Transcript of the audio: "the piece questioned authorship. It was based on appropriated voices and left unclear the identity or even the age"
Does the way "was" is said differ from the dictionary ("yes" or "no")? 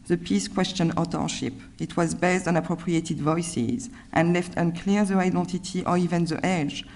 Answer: no